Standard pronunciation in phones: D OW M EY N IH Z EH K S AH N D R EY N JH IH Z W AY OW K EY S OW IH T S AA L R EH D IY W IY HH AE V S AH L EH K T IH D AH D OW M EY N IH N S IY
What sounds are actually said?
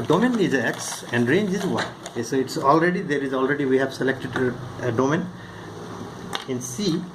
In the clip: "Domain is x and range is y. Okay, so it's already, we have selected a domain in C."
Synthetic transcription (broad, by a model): D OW M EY N IH Z EH K S AH N D R EY N JH IH Z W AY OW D EY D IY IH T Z AA L R EH D IY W IY HH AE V S AH L EH K T IH D AH D OW M EY N IH N S IY